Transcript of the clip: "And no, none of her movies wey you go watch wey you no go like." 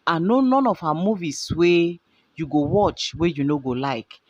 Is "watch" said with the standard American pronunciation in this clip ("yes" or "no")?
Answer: yes